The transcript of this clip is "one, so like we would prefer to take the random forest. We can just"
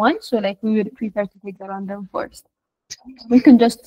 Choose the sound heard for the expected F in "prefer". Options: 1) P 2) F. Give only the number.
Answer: 1